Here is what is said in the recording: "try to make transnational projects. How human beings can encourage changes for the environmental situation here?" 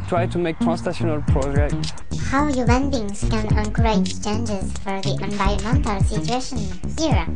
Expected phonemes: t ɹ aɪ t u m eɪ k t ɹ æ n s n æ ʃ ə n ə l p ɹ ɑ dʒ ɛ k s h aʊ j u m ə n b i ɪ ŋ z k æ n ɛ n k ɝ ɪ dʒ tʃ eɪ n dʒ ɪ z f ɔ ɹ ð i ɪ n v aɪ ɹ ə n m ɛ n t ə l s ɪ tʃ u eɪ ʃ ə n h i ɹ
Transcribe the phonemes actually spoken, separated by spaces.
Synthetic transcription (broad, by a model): t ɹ aɪ t u m eɪ k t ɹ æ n s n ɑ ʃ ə n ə l p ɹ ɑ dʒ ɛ k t h aʊ j u m ə n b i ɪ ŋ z k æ n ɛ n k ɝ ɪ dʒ tʃ eɪ n dʒ ɪ z f ɔ ɹ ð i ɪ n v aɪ ə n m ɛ n t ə l s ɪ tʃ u eɪ ʃ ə n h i ɹ